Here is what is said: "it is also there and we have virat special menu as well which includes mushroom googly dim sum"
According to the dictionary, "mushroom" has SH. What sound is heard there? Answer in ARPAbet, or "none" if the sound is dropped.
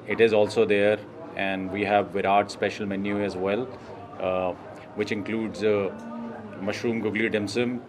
SH